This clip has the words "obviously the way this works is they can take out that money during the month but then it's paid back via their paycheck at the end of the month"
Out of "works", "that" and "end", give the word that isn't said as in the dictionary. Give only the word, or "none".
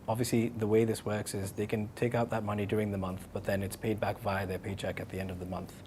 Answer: none